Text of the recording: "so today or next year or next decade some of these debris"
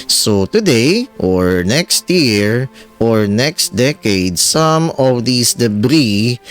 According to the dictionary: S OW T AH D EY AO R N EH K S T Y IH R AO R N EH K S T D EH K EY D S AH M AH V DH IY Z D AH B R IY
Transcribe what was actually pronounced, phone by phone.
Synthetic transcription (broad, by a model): S OW T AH D EY AO R N EH K S T Y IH R AO R N EH K S T D EH K EY D S AH M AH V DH IY S D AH B R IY